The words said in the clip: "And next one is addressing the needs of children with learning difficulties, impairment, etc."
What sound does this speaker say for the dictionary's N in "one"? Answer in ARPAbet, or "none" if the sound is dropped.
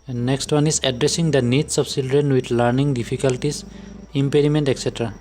N